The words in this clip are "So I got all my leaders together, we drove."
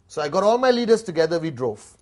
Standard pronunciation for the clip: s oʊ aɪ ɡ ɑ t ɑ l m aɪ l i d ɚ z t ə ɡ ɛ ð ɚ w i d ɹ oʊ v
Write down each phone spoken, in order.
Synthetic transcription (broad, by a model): s oʊ aɪ ɡ ɑ t ɑ l m aɪ l i d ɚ s t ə ɡ ɛ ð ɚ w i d ɹ oʊ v